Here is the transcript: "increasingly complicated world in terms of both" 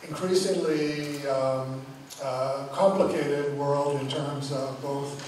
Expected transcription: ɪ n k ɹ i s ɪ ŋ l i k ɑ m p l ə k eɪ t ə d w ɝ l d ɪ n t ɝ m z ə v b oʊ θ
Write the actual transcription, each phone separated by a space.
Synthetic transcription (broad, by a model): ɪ n k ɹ i s ɪ ŋ l i k ɑ m p l ə k eɪ t ə d w ɝ l d ɪ n t ɝ m z ə v b oʊ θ